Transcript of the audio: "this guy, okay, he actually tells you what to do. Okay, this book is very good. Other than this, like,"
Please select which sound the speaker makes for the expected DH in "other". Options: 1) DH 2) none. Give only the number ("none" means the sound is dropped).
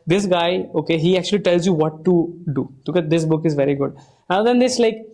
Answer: 2